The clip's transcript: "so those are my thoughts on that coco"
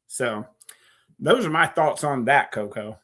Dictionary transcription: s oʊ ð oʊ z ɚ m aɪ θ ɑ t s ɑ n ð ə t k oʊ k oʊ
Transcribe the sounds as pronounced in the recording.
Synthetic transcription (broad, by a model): s oʊ ð oʊ z ɚ m aɪ θ ɑ t s n ð ə t k oʊ k oʊ